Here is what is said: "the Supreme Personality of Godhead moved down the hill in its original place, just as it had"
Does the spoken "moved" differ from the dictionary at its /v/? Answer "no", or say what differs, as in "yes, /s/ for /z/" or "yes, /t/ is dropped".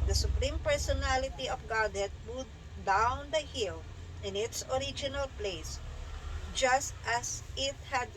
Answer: yes, /v/ is dropped